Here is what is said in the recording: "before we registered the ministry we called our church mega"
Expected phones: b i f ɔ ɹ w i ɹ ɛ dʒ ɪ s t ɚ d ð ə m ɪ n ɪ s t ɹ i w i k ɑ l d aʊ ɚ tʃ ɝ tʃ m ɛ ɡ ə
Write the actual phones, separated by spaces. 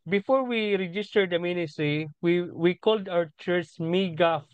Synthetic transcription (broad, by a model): b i f ɔ ɹ w i ɹ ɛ dʒ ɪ s t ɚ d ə m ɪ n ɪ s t w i w i k ɑ l d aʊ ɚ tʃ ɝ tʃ m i ɡ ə